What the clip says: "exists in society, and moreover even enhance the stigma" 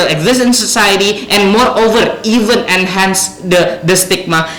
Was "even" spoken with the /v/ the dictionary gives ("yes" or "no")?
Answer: yes